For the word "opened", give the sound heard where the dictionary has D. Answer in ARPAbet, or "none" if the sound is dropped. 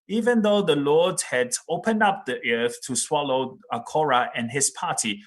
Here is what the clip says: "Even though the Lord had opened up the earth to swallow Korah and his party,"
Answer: D